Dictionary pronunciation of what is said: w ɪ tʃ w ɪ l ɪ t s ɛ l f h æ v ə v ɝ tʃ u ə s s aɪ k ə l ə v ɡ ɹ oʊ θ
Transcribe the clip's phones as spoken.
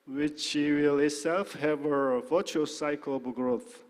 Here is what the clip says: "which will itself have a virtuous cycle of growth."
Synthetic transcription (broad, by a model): w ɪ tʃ w ɪ l ɪ t s ɛ l f h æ ə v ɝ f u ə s s aɪ k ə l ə b ɡ ɹ oʊ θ